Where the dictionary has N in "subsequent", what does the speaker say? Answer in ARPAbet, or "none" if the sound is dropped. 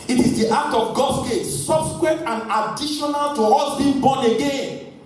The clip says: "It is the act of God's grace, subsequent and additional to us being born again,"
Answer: none